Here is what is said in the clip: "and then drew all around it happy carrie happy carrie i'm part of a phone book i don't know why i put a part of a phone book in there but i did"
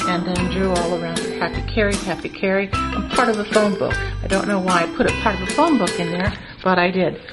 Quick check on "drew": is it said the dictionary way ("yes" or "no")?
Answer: yes